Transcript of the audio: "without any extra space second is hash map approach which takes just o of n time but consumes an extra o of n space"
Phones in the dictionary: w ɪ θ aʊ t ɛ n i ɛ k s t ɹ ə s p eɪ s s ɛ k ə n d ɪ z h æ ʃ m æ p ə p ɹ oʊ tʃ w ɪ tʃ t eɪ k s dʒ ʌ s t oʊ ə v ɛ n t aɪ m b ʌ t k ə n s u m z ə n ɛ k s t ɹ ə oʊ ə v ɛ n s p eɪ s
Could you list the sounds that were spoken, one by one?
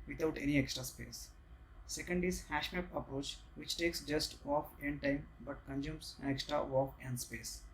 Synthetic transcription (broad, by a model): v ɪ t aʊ t ɛ n i ɛ k s t ɹ ə s p eɪ s s ɛ k ə n d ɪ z h æ ʃ m æ p ə p ɹ oʊ tʃ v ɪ tʃ t eɪ k s dʒ ʌ s t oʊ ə f ɛ n t aɪ m b ʌ t k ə n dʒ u m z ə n ɛ k s t ɹ ə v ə f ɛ n s p eɪ s